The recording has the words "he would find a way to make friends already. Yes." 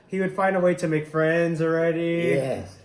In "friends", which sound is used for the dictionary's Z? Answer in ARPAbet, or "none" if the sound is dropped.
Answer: Z